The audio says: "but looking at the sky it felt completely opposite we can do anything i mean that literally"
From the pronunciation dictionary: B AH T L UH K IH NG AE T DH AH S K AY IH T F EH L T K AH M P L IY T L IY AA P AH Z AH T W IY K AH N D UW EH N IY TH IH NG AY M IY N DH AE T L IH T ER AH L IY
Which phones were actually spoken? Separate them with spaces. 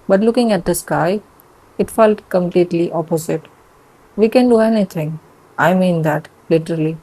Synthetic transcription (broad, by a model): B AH T L UH K IH NG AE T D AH S K AY IH T F EH L T K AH M P L IY T L IY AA P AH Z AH T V IY K AH N D UW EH N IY T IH NG AY M IY N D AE T L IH T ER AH L IY